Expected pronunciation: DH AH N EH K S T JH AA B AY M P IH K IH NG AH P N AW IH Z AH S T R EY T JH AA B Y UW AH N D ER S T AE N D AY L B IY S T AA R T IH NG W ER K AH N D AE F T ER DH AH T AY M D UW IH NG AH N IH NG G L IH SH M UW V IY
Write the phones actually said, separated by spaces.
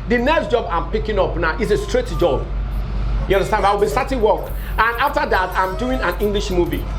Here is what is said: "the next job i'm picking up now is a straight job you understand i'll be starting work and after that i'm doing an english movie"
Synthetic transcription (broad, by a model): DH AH N EH K S T JH AA B AY M P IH K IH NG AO P N AW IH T AH S T R EY T JH AA B Y UW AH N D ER S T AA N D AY W B IY S T AA T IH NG W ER K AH N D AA F T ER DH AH T AY M D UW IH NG AH N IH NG G L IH SH M UW V IY